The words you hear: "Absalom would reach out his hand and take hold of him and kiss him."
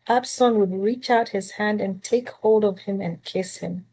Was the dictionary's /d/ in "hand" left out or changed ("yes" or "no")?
no